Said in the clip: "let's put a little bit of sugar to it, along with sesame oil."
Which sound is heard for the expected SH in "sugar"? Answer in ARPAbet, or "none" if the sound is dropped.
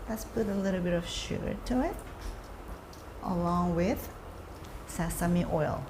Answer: SH